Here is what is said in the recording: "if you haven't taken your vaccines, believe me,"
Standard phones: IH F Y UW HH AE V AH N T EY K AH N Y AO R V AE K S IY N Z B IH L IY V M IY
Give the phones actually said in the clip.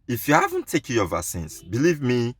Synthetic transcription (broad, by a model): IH F Y UW HH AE V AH N T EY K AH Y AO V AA S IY N S B IH L IY V M IY